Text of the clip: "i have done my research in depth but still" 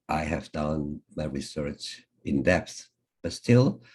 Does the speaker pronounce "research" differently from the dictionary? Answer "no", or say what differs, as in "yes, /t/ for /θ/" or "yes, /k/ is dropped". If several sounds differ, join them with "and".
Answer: no